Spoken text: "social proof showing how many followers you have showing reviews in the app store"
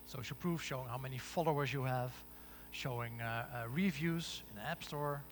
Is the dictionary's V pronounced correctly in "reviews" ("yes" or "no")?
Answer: yes